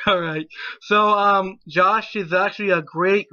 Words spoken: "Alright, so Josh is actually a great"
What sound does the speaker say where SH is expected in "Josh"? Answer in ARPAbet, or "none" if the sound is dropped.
SH